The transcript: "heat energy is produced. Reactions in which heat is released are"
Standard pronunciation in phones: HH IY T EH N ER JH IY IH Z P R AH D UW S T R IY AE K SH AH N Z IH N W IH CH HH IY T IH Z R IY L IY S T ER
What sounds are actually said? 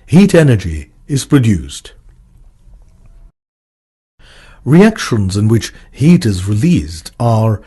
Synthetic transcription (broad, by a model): HH IY T EH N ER JH IY IH Z P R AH D UW S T R IY AE K SH AH N Z IH N W IH CH HH IY T IH Z R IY L IY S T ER